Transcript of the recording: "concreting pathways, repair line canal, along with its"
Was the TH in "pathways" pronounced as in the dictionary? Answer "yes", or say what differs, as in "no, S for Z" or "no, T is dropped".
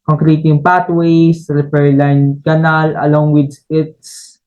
no, T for TH